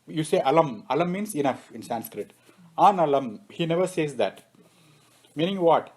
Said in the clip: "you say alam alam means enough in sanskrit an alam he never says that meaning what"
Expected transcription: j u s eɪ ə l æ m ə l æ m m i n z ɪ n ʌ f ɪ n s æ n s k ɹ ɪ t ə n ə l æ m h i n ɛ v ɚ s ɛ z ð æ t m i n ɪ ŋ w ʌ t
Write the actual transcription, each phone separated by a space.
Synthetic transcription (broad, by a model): j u s eɪ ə l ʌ m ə l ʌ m m i n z ɪ n ʌ f ɪ n s æ n s k ɹ ɪ t ə n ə l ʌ m h i n ɛ v ɚ s ɛ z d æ t m i n ɪ ŋ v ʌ t